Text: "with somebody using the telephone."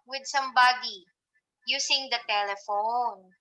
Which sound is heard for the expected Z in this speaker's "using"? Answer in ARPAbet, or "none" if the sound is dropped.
S